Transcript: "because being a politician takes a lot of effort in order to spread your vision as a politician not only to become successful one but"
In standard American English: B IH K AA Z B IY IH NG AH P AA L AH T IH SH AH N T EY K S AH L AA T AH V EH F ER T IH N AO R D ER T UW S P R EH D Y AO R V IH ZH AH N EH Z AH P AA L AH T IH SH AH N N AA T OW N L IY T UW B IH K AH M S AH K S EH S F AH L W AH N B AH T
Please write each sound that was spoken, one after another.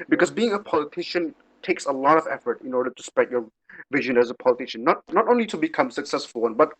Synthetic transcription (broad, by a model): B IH K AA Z B IY IH NG AH P AA L AH T IH SH AH N T EY K S AH L AA T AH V EH F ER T IH N AO R D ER T UW S P R EH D Y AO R V IH ZH AH N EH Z AH P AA L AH T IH SH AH N N AA T OW N L IY T UW B IH K AH M S AH K S EH S F AH L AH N B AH T